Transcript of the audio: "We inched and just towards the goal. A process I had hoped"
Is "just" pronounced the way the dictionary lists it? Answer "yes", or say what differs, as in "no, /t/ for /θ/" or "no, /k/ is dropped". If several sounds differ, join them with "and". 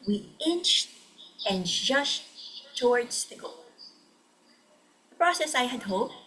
no, /ʃ/ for /s/